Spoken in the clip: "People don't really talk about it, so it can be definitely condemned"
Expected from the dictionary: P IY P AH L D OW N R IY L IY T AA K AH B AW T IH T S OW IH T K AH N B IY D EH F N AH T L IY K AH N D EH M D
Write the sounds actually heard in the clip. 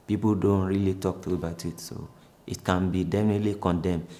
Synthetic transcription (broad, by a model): P IY P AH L D OW N R IY L IY T AA K AH B AW T IH T S OW IH T K AH N B IY D EH F N AH T L IY K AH N D EH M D